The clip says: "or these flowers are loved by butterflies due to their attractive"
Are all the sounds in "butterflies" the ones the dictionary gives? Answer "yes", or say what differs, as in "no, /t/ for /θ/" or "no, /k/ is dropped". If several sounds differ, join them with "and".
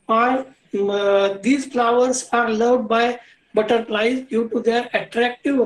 no, /p/ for /f/